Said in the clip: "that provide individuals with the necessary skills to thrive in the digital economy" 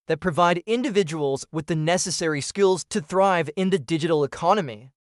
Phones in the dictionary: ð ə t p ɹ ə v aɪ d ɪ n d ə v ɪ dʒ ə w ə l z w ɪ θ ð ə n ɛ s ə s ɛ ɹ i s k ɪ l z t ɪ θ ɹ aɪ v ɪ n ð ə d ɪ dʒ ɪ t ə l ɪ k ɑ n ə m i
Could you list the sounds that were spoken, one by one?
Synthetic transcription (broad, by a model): ð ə t p ɹ ə v aɪ d ɪ n d ə v ɪ dʒ ə w ə l z w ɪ ð ə n ɛ s ə s ɛ ɹ i s k ɪ l z t ɪ θ ɹ aɪ v ɪ n ð ə d ɪ dʒ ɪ t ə l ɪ k ɑ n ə m i